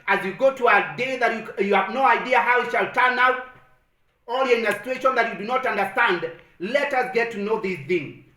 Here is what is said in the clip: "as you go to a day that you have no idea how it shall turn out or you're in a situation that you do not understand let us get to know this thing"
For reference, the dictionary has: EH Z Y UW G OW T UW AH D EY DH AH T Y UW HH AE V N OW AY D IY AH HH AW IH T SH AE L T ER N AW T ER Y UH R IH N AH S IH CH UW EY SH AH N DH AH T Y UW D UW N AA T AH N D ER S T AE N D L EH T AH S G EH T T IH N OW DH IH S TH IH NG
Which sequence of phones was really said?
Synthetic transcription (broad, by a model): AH Z Y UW G OW T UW AH D EY DH AH T Y UW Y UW V N OW AY D IY AH HH AW IH T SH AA L T ER N AW T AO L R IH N AH S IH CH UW EY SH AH N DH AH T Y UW D UW N AA T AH N D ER S T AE N D L EH T AH S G EH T T IH N OW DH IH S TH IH NG